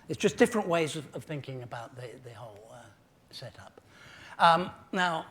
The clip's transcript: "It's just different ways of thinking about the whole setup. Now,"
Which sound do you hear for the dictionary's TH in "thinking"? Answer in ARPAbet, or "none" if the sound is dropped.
TH